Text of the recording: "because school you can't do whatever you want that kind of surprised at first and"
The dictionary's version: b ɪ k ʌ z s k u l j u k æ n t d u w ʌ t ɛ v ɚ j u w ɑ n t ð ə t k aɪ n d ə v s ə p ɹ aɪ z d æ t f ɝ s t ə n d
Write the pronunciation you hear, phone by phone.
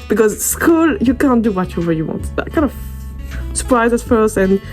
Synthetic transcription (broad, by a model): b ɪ k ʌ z s k u l j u k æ n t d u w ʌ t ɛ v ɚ j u w ɑ n t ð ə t k aɪ n d ə v s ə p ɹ aɪ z ɪ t f ɝ s t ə n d